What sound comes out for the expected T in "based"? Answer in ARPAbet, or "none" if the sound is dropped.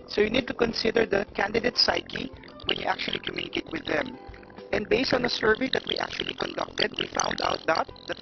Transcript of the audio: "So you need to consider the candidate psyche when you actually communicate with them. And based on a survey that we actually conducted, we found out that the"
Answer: T